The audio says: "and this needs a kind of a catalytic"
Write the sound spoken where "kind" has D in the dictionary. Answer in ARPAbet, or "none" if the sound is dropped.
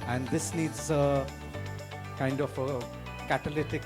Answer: D